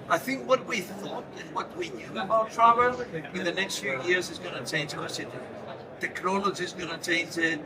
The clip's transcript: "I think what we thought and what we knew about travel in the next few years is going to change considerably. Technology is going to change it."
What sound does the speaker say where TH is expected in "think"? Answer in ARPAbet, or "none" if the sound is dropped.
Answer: TH